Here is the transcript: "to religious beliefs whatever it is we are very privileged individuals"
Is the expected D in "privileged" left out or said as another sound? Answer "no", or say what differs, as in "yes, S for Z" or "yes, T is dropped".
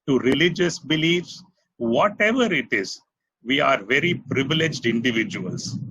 no